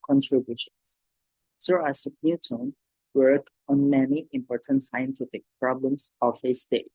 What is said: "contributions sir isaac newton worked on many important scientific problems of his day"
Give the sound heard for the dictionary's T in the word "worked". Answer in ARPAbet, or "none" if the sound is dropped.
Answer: none